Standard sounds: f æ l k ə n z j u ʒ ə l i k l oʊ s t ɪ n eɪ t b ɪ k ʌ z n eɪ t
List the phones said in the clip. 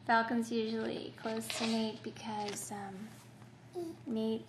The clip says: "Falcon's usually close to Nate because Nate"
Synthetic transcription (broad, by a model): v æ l k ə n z j u ʒ ə l i k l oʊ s t ɪ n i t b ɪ k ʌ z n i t